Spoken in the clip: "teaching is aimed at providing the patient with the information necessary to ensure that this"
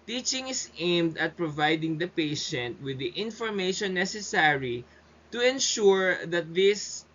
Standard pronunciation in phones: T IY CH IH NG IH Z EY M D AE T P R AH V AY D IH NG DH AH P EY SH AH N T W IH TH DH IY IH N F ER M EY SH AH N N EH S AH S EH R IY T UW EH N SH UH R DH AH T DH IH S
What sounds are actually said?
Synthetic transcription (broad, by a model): T IY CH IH NG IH S EY M D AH T P R AH V AY D IH NG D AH P EY SH AH N T W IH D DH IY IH N F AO M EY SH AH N N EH S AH S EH R IY T UW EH N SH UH R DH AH T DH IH S